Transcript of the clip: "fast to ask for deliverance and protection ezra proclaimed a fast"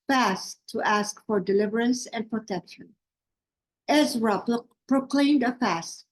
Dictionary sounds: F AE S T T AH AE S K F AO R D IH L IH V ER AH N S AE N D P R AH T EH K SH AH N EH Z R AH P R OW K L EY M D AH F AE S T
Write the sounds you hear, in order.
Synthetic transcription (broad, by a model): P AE S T T AE S K F AO R D IH L IH V ER AH N S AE N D P R AH T EH K SH AH N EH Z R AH P R OW K L EY M D AH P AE S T